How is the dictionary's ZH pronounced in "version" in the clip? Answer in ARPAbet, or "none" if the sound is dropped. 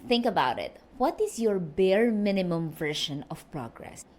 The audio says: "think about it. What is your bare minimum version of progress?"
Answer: SH